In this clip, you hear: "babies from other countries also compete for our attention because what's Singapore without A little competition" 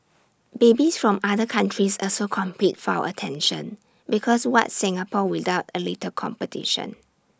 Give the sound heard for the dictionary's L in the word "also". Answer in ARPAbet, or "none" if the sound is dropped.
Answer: none